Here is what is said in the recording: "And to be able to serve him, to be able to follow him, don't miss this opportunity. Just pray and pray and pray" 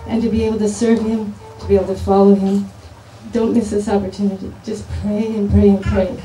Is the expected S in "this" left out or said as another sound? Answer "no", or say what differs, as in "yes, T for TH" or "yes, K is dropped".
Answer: no